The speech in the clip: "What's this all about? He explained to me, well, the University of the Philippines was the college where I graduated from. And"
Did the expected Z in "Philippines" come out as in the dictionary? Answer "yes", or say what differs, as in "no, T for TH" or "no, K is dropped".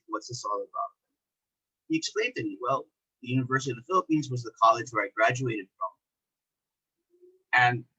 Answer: yes